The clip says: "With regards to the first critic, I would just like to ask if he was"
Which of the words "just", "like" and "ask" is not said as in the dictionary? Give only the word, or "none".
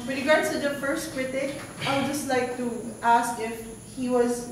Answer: none